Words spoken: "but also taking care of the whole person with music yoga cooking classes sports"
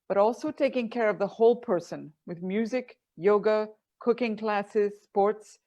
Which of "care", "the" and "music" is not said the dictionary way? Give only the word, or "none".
none